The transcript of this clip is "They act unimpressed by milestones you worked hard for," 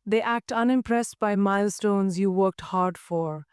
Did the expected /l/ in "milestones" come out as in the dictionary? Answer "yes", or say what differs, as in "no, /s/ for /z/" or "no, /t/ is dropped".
yes